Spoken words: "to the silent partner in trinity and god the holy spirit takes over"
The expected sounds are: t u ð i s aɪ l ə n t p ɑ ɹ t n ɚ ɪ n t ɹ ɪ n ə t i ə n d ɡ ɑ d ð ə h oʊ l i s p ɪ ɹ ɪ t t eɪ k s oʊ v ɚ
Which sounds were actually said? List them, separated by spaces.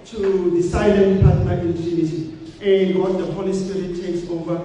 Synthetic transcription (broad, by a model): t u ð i s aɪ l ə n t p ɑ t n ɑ ɪ n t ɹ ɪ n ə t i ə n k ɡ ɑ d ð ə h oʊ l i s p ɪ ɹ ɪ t t eɪ k s oʊ v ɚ